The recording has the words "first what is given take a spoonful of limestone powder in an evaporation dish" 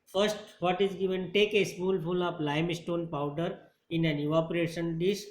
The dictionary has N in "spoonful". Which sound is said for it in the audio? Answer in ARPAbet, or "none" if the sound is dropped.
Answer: L